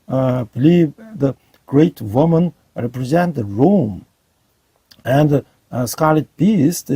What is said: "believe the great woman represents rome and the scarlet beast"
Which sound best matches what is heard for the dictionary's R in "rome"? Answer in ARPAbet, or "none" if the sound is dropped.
R